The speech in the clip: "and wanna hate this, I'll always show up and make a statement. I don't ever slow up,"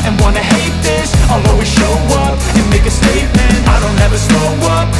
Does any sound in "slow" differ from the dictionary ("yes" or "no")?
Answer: yes